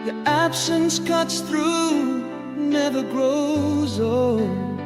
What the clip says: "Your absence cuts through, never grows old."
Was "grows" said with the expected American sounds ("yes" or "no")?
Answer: yes